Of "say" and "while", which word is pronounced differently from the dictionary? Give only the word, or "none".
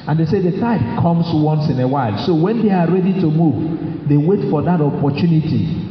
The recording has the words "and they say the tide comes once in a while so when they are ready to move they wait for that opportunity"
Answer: none